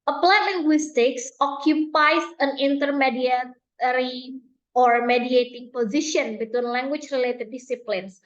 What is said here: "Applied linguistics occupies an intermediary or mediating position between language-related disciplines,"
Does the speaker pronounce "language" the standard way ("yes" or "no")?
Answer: no